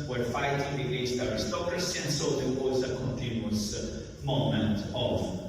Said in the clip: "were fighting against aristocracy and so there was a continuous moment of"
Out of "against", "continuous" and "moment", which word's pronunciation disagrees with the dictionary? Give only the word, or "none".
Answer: against